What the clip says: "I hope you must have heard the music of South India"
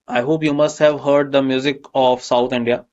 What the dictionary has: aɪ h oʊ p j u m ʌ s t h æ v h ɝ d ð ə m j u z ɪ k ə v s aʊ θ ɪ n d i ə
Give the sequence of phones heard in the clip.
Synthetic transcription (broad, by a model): aɪ h oʊ p j u m ʌ s t h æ v h ɝ d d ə m j u z ɪ k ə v s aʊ t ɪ n d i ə